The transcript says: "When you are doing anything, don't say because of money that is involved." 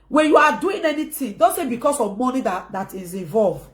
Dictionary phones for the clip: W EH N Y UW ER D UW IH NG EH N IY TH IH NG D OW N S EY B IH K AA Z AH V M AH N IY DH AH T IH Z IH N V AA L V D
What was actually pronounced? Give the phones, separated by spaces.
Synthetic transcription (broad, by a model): W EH N Y UW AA D UW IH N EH N IY T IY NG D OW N S EY B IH K AA S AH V M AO N IY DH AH T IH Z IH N V AA L V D